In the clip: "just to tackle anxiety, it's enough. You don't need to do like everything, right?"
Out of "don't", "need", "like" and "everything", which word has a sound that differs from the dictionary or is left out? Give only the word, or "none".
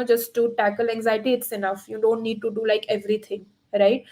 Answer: everything